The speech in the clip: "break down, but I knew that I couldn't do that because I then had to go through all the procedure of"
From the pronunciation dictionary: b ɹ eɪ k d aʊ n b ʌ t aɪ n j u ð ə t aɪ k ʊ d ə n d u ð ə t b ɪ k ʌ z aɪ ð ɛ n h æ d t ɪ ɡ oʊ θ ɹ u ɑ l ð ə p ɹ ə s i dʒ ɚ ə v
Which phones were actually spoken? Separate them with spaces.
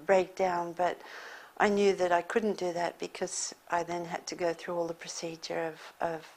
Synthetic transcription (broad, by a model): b ɹ eɪ k d aʊ n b ʌ t aɪ n j u ð ə t aɪ k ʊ d n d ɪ ð ə t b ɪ k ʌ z aɪ ð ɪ n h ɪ d t ɪ ɡ oʊ θ ɹ u ɑ l ð ə p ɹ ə s i dʒ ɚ ə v